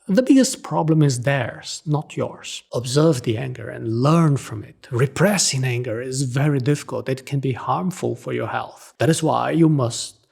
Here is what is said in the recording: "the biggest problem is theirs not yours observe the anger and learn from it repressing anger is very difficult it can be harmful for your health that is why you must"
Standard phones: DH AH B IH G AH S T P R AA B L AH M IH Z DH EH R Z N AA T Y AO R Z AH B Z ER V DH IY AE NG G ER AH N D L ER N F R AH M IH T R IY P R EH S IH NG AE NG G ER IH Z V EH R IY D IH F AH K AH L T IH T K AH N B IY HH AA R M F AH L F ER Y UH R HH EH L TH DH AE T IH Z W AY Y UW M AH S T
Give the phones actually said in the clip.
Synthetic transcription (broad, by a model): DH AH B IH G AH S T P R AA B L AH M IH Z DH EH R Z N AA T Y AO R Z AH B Z ER V DH IY AE NG G ER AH N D L ER N F R AH M IH T R IY P R EH S IH NG AE NG G ER IH Z V EH R IY D IH F AH K AH L T IH T K AH N B IY HH AA R M F AH L F ER Y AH R HH EH L TH DH AE T IH Z W AY Y UW M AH S T